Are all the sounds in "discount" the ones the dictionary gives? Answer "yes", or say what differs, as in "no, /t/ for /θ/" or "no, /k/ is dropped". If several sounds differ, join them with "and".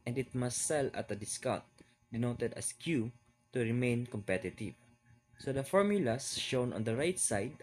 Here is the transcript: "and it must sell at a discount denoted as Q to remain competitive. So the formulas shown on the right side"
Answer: no, /n/ is dropped